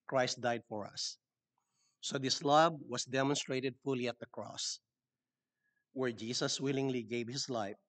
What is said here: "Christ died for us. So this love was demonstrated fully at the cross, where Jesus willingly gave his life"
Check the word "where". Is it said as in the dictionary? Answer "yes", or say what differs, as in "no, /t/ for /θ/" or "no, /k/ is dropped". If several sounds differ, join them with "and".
yes